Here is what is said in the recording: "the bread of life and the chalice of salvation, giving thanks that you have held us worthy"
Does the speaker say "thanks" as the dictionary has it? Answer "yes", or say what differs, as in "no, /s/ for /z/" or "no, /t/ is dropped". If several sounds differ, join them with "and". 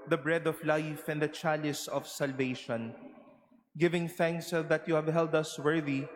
yes